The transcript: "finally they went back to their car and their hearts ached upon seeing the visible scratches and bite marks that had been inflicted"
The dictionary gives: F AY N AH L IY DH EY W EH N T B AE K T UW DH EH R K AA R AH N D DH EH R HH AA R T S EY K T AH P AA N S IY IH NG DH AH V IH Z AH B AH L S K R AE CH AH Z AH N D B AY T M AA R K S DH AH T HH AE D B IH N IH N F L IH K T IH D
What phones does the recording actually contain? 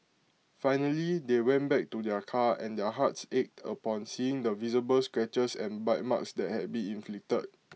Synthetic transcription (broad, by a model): F AY N AH L IY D EY W EH N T B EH K T UW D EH K AA AH N D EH HH AA T S EY K T AH P AA N S IY IH NG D AH V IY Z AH B AH L S K R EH CH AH S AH N B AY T M AA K S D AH T HH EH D B IH N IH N F L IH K T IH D